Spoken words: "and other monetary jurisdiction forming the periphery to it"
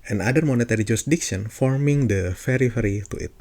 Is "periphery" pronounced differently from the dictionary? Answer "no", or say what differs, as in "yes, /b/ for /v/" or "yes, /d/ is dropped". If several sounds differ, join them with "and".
yes, /f/ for /p/